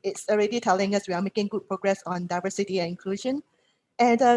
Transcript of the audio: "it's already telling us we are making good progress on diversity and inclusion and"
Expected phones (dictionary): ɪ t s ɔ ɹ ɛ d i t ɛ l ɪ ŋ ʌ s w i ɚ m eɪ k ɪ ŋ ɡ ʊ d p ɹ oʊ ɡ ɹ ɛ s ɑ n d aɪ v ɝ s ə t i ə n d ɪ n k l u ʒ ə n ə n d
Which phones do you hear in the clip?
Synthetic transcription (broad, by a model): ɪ t s ɔ ɹ ɛ d i t ɛ l ɪ ŋ ʌ s w i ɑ m eɪ k ɪ ŋ ɡ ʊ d p ɹ oʊ ɡ ɹ ɛ s ɑ n d aɪ v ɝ s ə t i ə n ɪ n k l u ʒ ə n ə n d